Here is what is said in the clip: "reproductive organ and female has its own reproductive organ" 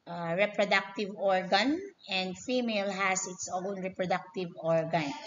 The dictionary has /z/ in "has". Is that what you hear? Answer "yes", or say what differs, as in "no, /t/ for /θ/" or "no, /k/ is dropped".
no, /s/ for /z/